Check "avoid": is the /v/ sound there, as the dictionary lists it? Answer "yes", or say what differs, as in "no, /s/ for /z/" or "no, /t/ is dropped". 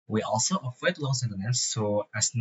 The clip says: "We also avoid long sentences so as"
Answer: no, /f/ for /v/